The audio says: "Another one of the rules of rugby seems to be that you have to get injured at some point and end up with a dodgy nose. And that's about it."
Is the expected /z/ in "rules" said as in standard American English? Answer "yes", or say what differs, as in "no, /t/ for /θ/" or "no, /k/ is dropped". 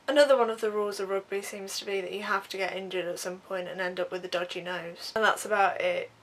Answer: yes